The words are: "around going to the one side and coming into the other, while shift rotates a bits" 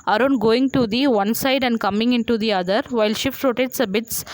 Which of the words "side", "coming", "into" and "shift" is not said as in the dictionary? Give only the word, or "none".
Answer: none